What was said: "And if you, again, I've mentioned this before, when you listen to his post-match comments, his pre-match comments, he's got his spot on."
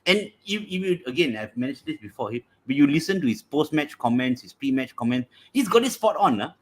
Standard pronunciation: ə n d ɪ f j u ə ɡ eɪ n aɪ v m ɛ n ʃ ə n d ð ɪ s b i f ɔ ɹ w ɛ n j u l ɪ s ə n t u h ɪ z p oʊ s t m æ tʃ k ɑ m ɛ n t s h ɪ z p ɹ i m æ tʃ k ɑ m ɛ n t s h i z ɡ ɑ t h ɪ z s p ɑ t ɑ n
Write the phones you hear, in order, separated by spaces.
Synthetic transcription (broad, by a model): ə n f ɪ f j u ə ɡ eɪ n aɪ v m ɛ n ə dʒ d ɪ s b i f ɔ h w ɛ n j u l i s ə n t u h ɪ s p oʊ s t m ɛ tʃ k ɑ m ɛ n t s h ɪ s p ɹ i m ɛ tʃ k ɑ m ɛ n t s h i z ɡ ɑ t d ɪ s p ɑ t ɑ n